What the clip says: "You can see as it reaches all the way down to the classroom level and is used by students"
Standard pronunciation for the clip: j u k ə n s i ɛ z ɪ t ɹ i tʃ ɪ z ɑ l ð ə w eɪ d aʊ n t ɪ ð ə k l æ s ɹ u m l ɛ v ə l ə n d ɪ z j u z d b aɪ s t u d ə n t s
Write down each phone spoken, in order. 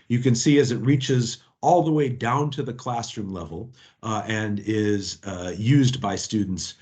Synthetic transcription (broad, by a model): j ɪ k ə n s i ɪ z ɪ t ɹ i tʃ ɪ z ɑ l ð ə w eɪ d aʊ n t ɪ ð ə k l æ s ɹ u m l ɛ v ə l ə n ɪ z j u z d b aɪ s t u d n t s